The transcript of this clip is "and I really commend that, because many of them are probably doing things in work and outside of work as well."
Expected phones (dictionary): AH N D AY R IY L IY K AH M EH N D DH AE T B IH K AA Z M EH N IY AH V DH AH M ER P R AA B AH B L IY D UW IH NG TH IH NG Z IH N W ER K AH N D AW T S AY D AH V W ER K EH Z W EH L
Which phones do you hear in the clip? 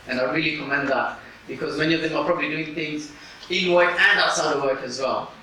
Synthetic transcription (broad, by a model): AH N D AY R IY L IY K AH M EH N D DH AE T B IH K AA Z M EH N IY AH V DH AH M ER P R AA B AH B L IY D UW IH NG TH IH NG Z IH N W ER K AH N D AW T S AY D AH V W ER K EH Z W EH L